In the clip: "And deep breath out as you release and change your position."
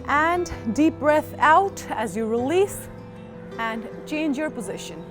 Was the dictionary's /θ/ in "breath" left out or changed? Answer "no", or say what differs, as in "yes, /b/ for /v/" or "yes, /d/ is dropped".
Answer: no